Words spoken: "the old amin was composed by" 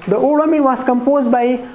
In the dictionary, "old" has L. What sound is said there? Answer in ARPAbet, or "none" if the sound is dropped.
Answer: none